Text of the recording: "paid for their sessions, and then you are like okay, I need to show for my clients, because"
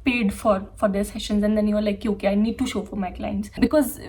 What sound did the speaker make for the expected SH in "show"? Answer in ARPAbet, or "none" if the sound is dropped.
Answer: SH